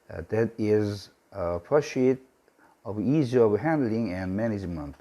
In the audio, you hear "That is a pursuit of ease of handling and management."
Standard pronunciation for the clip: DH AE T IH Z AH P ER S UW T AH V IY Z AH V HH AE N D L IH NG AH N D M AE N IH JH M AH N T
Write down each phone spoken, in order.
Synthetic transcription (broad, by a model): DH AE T IH Z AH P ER SH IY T AH V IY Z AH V HH AE N D L IH NG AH N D M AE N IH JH M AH N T